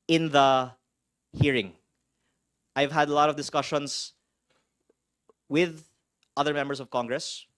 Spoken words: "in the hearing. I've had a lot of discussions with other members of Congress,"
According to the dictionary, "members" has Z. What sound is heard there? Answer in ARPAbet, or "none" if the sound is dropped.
S